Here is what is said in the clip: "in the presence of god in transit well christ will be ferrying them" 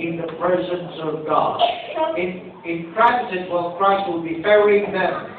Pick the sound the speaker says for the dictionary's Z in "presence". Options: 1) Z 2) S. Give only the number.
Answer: 1